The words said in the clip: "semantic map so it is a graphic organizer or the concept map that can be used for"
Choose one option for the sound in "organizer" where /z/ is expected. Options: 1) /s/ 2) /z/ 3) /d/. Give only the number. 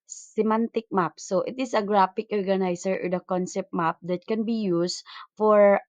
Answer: 1